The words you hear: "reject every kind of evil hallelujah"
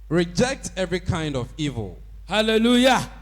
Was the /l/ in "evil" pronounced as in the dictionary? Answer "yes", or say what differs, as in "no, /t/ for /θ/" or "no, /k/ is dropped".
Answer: yes